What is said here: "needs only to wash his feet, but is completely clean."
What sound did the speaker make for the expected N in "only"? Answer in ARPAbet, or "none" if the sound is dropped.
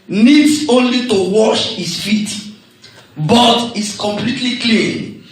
N